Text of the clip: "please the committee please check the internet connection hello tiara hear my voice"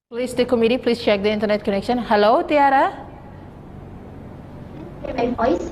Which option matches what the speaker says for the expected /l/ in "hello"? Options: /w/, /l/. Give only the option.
/l/